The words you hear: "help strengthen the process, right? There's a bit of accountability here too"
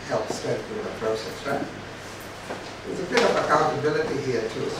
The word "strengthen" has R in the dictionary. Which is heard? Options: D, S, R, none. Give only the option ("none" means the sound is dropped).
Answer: none